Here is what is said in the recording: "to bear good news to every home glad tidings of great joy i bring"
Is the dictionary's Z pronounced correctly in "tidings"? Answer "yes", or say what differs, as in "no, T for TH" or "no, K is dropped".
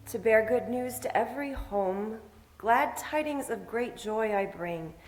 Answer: yes